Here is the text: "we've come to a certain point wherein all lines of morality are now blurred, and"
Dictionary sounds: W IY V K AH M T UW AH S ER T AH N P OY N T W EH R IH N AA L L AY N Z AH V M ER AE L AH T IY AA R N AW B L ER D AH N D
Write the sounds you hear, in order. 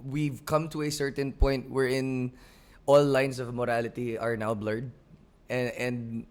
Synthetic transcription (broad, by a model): W IY V K AH M T UW AH S ER T AH N P OY N T W EH R IH N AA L L AY N S AH V M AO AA L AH T IY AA R N AW B L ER D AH N D